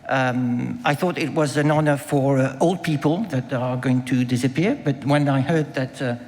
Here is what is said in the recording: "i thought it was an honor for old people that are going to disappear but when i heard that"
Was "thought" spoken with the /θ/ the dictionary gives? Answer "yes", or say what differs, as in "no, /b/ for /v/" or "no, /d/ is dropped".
yes